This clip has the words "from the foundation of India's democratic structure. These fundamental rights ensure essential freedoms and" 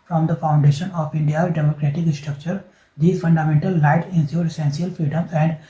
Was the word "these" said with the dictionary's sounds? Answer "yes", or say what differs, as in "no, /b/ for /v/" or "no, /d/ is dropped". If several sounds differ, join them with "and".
no, /z/ is dropped